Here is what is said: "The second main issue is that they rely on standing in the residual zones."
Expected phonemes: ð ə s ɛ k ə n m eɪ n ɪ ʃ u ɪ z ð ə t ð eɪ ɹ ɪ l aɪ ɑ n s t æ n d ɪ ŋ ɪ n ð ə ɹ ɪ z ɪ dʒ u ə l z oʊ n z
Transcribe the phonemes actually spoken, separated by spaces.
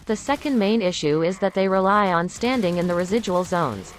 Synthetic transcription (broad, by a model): ð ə s ɛ k ə n m eɪ n ɪ ʃ u ɪ z ð ə t ð eɪ ɹ ɪ l aɪ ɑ n s t æ n d ɪ ŋ ɪ n ð ə ɹ ɪ z ɪ dʒ u ə l z oʊ n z